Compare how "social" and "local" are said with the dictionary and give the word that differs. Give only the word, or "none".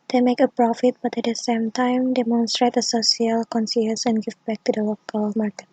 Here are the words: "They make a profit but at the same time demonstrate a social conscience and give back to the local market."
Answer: social